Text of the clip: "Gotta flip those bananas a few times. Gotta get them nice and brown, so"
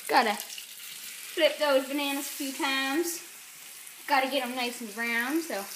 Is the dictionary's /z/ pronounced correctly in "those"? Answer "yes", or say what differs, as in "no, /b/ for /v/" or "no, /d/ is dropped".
yes